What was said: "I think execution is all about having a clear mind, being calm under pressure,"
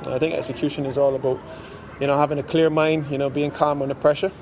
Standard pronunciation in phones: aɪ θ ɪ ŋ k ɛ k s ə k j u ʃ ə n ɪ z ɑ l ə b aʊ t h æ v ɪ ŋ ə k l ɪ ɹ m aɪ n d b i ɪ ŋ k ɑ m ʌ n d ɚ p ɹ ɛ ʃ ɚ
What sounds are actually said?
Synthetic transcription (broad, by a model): aɪ θ ɪ ŋ k ɛ k s ə k j u ʃ ə n ɪ z ɑ l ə b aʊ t h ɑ v ɪ ŋ ə k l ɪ ɹ m aɪ n d b i ɪ ŋ k ɑ m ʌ n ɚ p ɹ ɛ ʃ ɚ